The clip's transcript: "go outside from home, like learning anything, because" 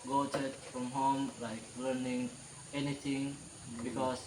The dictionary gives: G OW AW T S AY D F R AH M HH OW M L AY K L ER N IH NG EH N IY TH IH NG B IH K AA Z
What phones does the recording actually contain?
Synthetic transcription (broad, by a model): G OW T EH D F R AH M HH OW M L AY K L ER N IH NG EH N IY T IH NG B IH K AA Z